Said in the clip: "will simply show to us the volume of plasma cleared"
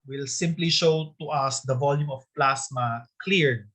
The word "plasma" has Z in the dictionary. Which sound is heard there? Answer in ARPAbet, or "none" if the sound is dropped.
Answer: S